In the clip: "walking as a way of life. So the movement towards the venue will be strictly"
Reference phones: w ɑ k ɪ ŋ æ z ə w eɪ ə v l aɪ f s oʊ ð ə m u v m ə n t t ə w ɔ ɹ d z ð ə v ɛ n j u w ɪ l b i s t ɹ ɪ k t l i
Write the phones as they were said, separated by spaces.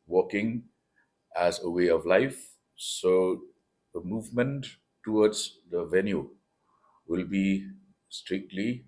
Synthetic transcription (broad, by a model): w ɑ k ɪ ŋ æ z ə w eɪ ə v l aɪ f s oʊ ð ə m u v m ə n t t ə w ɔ d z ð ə v ɛ n j u w ɪ l b i s t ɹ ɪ k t l i